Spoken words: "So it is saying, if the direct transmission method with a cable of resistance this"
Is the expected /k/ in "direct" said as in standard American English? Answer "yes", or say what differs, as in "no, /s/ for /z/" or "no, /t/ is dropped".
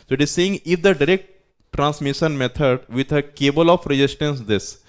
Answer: yes